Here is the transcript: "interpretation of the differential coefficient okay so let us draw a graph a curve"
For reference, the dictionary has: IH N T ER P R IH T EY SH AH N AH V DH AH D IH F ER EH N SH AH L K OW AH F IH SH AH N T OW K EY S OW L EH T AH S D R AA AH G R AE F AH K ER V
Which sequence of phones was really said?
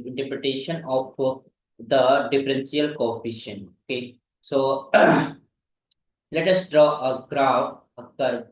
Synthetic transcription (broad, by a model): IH N T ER P R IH T EY SH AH N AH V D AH D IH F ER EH N S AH L K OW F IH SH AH N OW K EY S OW L EH T AH S D R AA AH G R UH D AH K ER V